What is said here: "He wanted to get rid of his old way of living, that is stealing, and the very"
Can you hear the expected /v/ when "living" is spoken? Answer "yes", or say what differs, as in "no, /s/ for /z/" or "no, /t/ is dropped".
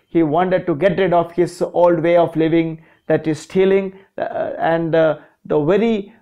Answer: yes